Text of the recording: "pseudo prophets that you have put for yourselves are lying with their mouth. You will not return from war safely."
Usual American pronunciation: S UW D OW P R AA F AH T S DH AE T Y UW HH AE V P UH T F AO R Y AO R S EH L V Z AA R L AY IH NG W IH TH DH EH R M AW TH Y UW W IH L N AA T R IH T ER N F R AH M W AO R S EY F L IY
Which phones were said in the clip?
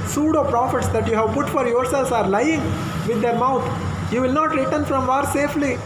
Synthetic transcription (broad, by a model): S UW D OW P R AA F AH T S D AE T Y UW HH AE V P UH T F AO R Y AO R S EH L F AA R L AY IH NG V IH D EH R M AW T Y UW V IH L N AA T R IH T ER N F R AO M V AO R S EY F L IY